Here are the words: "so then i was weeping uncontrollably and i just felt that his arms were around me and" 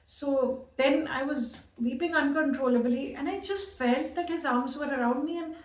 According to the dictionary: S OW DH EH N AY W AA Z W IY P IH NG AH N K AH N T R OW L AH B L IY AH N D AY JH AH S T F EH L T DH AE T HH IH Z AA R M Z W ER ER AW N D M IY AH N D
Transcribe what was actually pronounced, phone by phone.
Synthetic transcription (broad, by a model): S OW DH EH N AY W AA Z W IY P IH NG AH N K AH N T R OW L AH B L IY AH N AY JH AH S T F EH L T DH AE T HH IH Z AA R M Z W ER ER AW N D M IY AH N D